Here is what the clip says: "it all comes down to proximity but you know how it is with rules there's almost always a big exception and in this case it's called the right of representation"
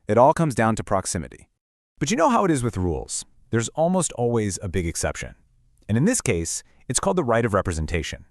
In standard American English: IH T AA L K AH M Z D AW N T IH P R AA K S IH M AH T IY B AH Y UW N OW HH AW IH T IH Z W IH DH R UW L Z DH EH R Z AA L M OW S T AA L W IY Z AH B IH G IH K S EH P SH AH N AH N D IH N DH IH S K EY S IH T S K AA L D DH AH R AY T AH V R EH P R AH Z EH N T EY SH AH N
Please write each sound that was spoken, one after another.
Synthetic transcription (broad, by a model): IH T AA L K AH M Z D AW N T IH P R AA K S IH M AH T IY B AH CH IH N OW HH AW IH T IH Z W IH DH R UW L Z DH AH R Z AA L M OW S T AA L W IY Z AH B IH G IH K S EH P SH AH N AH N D IH N DH IH S K EY S IH T S K AA L D DH AH R AY T AH V R EH P R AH Z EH N T EY SH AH N